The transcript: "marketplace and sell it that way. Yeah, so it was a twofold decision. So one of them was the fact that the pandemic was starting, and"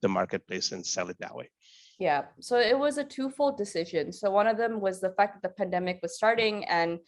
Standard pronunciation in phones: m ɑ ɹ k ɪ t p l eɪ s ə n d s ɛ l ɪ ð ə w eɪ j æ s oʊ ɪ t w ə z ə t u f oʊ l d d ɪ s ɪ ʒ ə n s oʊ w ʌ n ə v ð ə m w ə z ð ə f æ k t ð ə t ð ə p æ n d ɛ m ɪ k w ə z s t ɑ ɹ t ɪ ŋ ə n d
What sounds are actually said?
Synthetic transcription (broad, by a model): m ɑ ɹ k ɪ t p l eɪ s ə n s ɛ l ɪ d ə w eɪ j æ s oʊ ɪ t w ə z ə t u f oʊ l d d ɪ s ɪ ʒ ə n s oʊ w ʌ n ə v ð ə m w ə z ð ə f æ k ð ə t ð ə p æ n d ɛ m ɪ k w ə z s t ɑ ɹ t ɪ ŋ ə n